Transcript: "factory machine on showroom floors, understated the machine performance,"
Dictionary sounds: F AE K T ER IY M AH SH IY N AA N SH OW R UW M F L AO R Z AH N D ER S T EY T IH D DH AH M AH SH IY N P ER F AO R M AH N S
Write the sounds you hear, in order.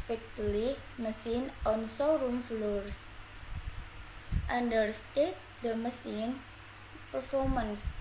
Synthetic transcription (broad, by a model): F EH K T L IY M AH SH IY N AA N S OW R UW M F L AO R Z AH N D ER S T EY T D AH M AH S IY N P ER F AO R M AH N S